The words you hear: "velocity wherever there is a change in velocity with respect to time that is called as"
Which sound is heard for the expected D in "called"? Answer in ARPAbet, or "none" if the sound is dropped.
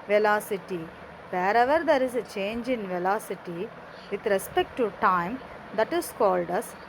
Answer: D